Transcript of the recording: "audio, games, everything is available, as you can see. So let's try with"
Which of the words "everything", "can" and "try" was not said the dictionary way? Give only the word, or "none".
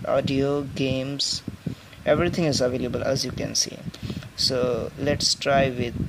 everything